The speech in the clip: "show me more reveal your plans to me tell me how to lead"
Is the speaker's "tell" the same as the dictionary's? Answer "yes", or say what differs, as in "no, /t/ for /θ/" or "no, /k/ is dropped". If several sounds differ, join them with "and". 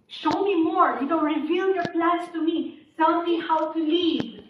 no, /s/ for /t/